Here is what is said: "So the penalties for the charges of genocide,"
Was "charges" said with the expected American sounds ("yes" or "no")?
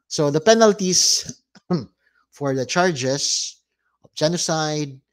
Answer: no